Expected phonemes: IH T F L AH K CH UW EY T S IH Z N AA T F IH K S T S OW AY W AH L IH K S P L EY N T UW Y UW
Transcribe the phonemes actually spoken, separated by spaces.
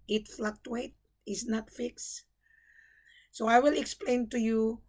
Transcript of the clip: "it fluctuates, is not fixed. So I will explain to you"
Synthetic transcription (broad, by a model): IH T F L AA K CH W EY T IH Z N AA T F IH K S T S OW AY W AH L IH K S P L EY N T UW Y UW